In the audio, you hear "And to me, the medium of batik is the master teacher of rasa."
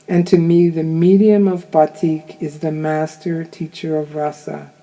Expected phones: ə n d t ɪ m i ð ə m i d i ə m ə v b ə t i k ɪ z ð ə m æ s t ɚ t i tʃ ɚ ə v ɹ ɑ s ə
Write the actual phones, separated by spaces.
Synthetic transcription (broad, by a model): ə n t ɪ m i ð ə m i d i ə m ə v b ə t i k ɪ z ð ə m æ s t ɚ t i tʃ ɚ ə v ɹ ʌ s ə